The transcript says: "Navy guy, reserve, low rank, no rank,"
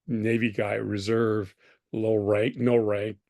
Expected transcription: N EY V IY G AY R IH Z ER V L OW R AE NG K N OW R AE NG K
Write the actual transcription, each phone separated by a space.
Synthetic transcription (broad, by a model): N EY V IY G AY R IH Z ER V L OW R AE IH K N OW R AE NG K